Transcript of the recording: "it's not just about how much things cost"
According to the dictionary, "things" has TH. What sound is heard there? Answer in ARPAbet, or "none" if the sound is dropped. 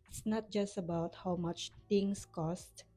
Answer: T